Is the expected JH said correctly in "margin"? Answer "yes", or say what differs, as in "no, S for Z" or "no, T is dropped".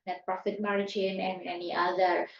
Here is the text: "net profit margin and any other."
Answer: no, CH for JH